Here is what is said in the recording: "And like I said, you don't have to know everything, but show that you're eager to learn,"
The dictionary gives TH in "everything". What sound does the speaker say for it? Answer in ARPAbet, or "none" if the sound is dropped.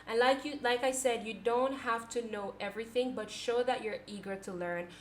TH